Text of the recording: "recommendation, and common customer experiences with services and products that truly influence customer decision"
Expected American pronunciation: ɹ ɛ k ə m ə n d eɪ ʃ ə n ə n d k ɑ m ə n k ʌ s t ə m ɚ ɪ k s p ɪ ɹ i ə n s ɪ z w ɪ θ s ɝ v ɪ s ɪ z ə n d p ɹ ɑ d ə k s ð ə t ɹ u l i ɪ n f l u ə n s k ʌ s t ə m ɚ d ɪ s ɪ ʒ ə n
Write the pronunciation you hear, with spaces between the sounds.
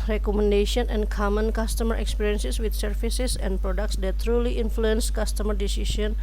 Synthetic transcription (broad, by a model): ɹ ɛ k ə m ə n d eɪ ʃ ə n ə n k ɑ m ə n k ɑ s t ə m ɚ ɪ k s p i ɹ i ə n s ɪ s w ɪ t s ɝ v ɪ s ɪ s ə n p ɹ ɑ d ə k s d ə t ɹ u l i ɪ n f l u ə n s k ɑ s t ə m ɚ d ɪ s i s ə n